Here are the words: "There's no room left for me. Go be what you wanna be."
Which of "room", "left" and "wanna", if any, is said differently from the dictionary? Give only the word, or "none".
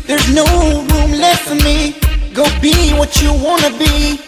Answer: left